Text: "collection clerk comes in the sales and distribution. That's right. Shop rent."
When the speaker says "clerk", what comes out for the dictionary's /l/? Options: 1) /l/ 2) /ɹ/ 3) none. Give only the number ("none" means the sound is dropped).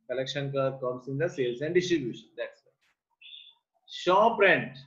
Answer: 3